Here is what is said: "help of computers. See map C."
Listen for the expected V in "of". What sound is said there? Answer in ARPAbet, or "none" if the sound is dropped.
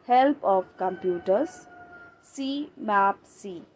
P